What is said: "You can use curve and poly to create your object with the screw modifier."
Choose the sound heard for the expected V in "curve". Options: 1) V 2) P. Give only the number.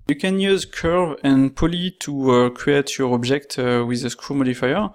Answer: 1